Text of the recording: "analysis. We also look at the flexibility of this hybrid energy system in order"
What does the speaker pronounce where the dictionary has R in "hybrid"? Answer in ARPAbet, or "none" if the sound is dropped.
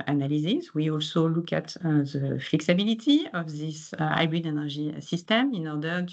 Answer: none